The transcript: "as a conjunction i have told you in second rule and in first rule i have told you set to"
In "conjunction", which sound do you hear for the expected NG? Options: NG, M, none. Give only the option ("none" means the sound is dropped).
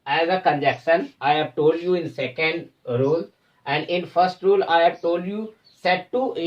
none